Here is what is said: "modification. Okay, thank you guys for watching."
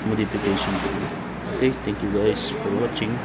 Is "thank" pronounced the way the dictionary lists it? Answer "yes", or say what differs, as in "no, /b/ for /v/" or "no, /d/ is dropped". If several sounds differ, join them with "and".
no, /t/ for /θ/